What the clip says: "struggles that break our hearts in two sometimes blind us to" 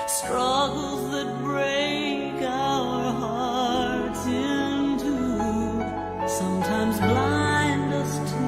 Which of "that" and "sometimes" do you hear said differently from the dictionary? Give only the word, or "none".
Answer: none